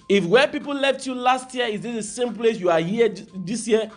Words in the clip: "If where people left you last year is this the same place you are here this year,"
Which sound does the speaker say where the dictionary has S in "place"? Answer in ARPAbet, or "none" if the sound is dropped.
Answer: S